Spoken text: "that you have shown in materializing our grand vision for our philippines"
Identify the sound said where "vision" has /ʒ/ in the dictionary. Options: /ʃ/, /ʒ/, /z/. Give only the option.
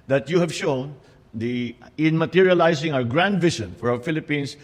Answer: /ʃ/